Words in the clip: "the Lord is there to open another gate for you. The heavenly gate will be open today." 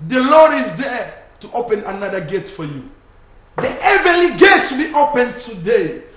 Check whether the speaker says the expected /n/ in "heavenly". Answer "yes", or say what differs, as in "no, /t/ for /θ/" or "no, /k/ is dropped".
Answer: no, /n/ is dropped